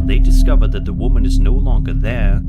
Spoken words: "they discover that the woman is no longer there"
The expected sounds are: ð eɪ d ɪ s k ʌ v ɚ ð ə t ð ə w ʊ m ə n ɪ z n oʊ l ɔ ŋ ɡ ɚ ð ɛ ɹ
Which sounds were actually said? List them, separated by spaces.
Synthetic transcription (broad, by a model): ð eɪ d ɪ s k ʌ v ɚ ð ə t ð ə w ʊ m ə n ɪ z n oʊ l ɔ ŋ ɡ ɚ ð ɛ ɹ